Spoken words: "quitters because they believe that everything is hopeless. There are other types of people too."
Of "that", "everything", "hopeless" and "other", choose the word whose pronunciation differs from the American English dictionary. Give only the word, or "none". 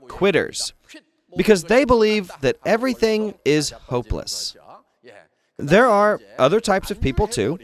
none